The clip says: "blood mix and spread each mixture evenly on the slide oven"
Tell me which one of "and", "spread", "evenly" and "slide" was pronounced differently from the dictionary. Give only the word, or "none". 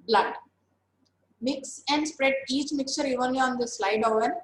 none